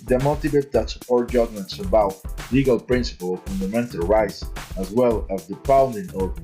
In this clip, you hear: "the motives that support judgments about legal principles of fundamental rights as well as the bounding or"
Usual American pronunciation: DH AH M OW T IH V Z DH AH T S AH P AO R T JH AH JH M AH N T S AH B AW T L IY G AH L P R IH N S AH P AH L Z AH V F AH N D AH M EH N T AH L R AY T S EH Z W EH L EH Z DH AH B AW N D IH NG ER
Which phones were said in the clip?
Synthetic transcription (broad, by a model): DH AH M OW T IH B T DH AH T S AH P AO R T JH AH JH M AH N T S AH B AW T L IY G AH L P R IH N S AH P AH L AH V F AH N D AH M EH N T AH L R AY T S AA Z W EH L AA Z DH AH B AW N D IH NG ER